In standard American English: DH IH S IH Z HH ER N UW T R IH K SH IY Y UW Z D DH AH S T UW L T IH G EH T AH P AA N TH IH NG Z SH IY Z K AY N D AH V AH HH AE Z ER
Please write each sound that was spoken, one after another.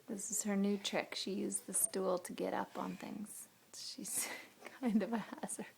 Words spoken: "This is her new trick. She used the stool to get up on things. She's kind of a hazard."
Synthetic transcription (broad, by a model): DH IH S IH Z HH ER N UW T R IH K SH IY Y UW Z DH AH S T UW L T IH G EH T AH P N TH IH NG Z SH IY Z K AY N D AH V AH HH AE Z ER